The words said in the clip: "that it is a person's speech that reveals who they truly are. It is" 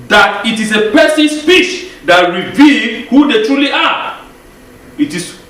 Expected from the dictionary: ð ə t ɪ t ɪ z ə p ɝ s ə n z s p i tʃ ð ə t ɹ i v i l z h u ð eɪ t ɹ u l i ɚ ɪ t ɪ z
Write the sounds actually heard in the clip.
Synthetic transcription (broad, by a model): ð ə t ɪ t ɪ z ə p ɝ s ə n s f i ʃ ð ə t ɹ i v i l h u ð eɪ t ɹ u l i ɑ ɪ t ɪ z